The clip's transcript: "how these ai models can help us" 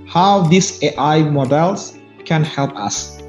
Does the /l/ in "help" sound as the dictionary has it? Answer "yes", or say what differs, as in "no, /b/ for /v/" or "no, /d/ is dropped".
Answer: yes